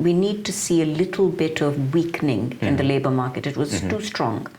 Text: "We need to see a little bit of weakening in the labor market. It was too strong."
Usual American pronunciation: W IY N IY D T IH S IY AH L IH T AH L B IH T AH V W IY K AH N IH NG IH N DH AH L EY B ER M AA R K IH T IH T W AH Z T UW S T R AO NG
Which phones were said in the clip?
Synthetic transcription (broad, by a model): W IY N IY D T IH S IY AH L IH T L B IH T AH V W IY K N IH NG IH N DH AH L EY B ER M AA R K IH T IH T W AH Z T UW S T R AO NG